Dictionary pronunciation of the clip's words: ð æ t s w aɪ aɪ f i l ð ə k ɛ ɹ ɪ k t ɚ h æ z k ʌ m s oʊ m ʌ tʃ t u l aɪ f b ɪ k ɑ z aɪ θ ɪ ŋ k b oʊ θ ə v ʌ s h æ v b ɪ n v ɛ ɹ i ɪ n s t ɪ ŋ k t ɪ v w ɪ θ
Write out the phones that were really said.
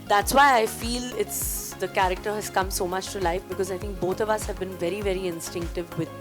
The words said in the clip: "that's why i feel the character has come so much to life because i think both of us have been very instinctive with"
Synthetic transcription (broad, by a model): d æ t s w aɪ aɪ f i l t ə k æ ɹ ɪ k t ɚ h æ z k ʌ m s oʊ m ʌ tʃ t u l aɪ f b ɪ k ɑ z aɪ t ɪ ŋ k b oʊ t ə v ʌ s h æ v b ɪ n v ɛ ɹ i ɪ n s t ɪ ŋ k t ɪ v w ɪ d